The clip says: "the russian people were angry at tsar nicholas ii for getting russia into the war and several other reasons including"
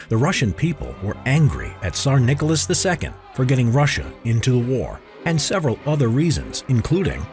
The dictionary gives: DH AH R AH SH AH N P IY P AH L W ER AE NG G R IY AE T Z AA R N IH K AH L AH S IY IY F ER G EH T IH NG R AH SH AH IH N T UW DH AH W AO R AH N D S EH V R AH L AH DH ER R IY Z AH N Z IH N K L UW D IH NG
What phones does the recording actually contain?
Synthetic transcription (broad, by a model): DH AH R AH SH AH N P IY P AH L W ER AE NG G R IY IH T S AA R N IH K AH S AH S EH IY F ER G EH T IH NG R AH SH AH IH N T UW DH AH W AO R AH N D S EH V R AH L AH DH ER R IY Z AH N Z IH N K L UW D IH NG